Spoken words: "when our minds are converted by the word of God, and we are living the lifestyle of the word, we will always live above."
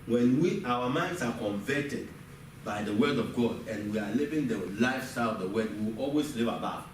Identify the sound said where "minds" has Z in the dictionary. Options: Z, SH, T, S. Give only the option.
S